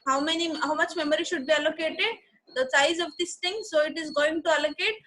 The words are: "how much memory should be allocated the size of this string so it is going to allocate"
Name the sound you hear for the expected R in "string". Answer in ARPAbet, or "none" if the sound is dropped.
none